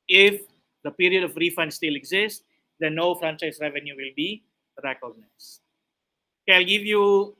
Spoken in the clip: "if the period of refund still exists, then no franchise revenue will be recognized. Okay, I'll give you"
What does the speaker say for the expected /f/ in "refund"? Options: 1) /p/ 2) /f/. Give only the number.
2